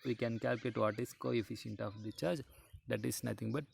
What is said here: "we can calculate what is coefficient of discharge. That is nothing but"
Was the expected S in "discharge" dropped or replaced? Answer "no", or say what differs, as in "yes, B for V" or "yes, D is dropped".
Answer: yes, S is dropped